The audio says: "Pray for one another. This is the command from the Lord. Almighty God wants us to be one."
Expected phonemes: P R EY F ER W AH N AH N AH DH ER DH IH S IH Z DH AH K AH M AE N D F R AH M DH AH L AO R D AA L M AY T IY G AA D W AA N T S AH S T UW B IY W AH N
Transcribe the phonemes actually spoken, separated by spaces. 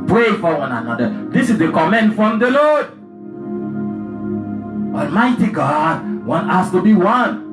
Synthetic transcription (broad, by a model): P R EY F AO W AH N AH N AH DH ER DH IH S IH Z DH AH K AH M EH N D F R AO M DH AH L AO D AA L M AY T IY G AA D W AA N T AA S T UW B IY W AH N